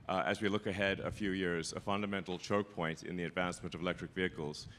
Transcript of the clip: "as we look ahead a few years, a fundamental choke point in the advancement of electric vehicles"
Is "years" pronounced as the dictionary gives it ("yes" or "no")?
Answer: yes